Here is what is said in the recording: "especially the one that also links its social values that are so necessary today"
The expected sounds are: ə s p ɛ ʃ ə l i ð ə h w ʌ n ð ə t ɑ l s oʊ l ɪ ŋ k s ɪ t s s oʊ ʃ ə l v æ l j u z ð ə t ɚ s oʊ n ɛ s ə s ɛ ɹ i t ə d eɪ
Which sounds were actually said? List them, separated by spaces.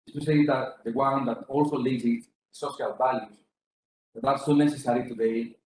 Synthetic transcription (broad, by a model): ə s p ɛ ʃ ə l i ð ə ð w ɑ n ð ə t ɑ l s oʊ l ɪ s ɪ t s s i ə l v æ l j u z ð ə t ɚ s oʊ n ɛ s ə s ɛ ɹ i t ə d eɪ